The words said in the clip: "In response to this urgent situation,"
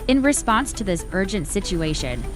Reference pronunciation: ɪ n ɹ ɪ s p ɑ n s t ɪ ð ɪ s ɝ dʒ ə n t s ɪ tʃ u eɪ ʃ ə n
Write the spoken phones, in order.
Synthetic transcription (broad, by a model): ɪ n ɹ ɪ s p ɑ n s t ɪ ð ɪ s ɝ dʒ ə n t s ɪ tʃ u eɪ ʃ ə n